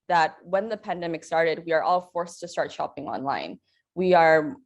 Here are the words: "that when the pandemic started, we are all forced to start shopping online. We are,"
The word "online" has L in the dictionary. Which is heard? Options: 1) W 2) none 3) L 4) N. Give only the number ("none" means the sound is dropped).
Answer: 3